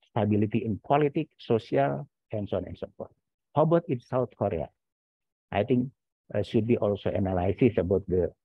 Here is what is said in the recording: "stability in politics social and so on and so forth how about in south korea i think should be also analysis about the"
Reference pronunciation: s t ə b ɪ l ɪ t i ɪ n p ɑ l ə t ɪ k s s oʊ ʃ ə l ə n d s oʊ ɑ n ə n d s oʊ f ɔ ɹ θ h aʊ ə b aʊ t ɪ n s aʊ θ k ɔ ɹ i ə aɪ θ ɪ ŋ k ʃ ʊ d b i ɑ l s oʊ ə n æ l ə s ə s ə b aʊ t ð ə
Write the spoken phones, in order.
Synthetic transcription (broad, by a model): s t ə b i l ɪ t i ɪ n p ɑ l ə t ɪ k s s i ə l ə n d s oʊ ɑ n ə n s oʊ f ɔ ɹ t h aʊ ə b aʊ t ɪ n s aʊ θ k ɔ ɹ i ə aɪ t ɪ ŋ k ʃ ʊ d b i ɑ l s oʊ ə n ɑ l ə s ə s ə b aʊ t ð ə